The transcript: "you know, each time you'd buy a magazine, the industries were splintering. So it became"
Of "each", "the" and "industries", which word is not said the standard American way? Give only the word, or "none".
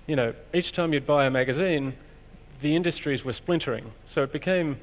none